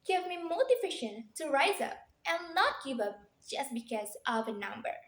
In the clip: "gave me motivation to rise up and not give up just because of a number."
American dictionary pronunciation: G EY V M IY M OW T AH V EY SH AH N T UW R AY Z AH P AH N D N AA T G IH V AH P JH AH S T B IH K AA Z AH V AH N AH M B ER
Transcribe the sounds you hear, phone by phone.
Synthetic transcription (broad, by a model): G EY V M IY M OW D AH F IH SH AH N T UW R AY Z AH P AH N N AA T G IH V AH P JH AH S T B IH K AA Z AH V AH N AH M B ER